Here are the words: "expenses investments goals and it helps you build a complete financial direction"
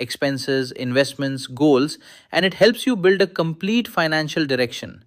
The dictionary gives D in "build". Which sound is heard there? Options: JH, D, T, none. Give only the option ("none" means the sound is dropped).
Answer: D